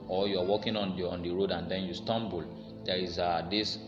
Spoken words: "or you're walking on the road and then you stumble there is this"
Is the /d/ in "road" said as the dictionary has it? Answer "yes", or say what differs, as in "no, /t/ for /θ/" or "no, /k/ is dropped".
yes